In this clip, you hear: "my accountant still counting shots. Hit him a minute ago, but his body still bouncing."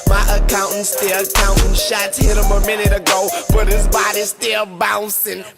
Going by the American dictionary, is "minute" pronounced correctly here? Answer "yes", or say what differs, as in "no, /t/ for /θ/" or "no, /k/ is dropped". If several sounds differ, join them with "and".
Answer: yes